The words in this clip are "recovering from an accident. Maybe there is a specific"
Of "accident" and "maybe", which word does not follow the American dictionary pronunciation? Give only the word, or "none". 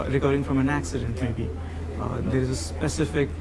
none